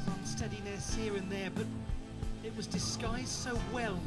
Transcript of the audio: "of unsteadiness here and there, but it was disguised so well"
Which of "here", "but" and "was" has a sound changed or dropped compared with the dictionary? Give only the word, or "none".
none